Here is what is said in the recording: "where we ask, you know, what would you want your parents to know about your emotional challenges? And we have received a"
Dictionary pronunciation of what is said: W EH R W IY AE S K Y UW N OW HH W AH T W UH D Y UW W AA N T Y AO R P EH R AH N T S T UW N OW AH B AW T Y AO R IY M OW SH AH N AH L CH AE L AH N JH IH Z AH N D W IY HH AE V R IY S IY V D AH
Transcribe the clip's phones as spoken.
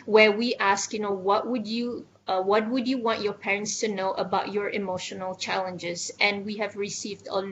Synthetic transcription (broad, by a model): W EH W IY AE S K Y UW N OW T W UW T W UH D Y UW W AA N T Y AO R P EH R AH N T S T UW N OW AH B AW T Y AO R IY M OW SH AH N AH L CH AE L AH N JH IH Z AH N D W IY HH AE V R IY S IY V D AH